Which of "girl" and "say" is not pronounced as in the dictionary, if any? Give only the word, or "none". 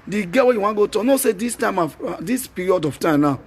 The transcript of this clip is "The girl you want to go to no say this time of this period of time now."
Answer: girl